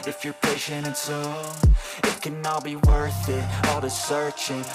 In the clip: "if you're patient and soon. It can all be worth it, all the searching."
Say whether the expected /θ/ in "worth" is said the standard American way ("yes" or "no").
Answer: yes